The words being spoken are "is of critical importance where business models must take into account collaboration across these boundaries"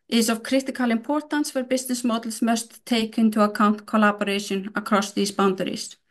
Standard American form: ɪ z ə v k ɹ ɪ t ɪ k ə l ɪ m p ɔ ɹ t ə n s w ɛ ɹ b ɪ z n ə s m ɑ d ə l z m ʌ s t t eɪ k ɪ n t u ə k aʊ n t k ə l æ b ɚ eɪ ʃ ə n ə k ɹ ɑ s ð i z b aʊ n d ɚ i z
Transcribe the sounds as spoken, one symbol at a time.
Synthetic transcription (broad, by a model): ɪ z ə v k ɹ ɪ t ɪ k ə l ɪ m p ɔ ɹ t ə n s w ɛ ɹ b ɪ s n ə s m ɑ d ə l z m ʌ s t t eɪ k ɪ n t u ə k aʊ n t k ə l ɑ b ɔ eɪ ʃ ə n ə k ɹ ɑ s ð i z b aʊ n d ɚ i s